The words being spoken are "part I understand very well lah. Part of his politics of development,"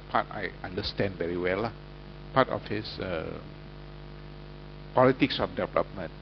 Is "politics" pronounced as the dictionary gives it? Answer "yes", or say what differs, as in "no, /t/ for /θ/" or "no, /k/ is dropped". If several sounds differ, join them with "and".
yes